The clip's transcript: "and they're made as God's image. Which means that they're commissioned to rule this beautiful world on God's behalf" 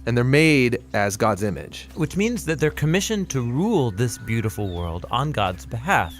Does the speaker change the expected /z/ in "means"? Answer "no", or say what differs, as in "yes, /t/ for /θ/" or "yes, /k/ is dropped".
no